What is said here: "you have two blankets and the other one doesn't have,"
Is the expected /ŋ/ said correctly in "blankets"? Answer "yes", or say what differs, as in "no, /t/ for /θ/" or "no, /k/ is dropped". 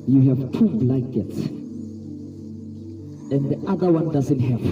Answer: no, /ŋ/ is dropped